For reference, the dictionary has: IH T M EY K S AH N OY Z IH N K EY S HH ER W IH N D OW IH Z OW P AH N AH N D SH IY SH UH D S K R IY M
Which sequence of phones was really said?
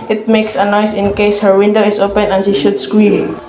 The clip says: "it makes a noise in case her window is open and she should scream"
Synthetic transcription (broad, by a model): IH T M EY K S AH N OY S IH N K EY S HH ER W IH N D OW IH S OW P AH N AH N SH IY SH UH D S K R IY M